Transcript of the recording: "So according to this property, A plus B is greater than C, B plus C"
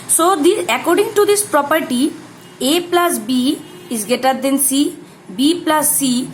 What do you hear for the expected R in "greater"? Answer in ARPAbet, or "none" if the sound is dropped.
none